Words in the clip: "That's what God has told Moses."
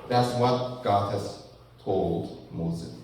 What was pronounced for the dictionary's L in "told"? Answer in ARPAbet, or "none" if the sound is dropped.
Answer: L